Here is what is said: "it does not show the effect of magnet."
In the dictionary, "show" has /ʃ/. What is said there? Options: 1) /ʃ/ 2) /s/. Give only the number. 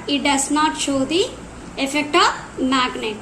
1